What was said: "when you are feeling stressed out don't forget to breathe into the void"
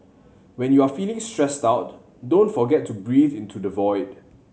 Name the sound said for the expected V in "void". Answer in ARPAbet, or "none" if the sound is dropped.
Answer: V